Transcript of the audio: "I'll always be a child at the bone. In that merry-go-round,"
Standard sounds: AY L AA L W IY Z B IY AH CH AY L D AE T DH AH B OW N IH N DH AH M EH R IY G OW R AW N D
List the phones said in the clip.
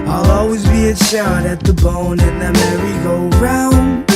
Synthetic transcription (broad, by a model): AY L AA L W IY Z B IY AH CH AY D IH T DH AH B OW N IH N DH AH M EH R IY G OW R AW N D